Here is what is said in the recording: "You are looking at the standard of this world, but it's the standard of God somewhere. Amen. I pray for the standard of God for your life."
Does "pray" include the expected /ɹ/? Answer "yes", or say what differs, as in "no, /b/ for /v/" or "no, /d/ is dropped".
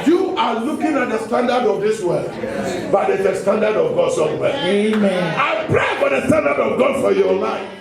yes